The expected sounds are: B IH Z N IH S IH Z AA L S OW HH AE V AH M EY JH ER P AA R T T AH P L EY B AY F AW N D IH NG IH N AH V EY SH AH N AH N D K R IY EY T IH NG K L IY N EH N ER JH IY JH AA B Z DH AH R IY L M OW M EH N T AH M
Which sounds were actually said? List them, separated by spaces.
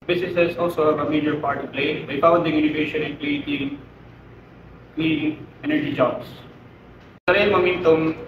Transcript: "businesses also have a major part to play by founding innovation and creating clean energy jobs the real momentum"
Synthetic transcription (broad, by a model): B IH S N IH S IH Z AA L S OW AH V AH M EY JH ER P AA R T T AH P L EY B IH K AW D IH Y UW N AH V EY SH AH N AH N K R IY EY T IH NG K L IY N EH N ER JH IY JH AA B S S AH R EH M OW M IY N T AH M